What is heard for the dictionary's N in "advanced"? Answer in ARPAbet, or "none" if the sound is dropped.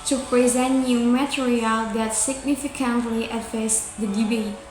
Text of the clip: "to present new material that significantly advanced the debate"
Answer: none